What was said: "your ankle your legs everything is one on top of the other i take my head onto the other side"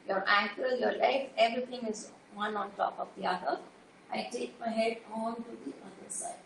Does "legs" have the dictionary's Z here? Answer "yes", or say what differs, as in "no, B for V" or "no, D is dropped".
no, Z is dropped